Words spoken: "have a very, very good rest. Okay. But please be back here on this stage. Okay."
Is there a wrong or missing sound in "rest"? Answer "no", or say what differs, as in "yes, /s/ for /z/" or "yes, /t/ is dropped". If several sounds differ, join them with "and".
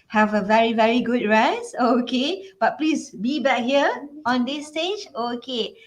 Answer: yes, /t/ is dropped